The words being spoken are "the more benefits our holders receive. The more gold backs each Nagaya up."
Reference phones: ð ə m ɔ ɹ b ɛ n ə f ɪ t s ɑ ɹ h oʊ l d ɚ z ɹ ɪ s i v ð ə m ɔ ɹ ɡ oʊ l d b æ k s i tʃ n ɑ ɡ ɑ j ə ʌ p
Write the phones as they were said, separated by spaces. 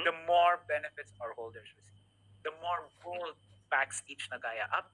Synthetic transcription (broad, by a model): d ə m ɔ ɹ b ɛ n ə f ɪ t s ɑ ɹ h oʊ l d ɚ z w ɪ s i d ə m ɔ ɹ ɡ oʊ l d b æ k s i tʃ n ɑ ɡ ɑ j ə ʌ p